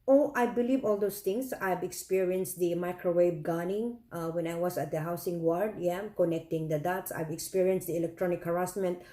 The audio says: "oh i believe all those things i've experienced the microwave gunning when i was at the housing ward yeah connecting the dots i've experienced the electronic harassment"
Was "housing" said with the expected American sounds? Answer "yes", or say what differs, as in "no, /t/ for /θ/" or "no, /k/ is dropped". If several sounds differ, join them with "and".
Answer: no, /s/ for /z/